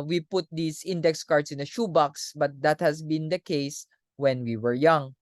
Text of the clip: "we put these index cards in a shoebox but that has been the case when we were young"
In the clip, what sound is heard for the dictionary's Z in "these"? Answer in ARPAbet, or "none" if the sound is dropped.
S